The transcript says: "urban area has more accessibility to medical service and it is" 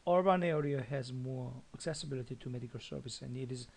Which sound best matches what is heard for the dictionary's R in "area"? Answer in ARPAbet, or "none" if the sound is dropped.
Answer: R